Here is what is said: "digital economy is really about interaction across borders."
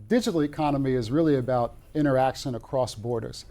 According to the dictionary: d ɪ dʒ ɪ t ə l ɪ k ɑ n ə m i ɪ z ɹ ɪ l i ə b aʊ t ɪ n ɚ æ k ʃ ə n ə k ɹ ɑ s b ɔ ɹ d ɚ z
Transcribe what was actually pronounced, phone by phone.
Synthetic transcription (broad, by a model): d ɪ dʒ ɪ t l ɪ k ɑ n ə m i ɪ z ɹ ɪ l i ə b aʊ t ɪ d ɚ æ k ʃ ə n ə k ɹ ɑ s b ɔ ɹ d ɚ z